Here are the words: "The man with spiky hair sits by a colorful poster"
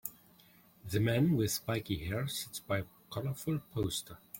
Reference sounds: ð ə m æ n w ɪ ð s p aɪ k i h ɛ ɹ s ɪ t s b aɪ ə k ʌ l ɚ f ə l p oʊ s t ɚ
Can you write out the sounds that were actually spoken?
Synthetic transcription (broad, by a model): ð ə m æ n w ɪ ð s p aɪ k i h ɛ ɹ s ɪ t s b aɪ ə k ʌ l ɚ f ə l p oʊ s t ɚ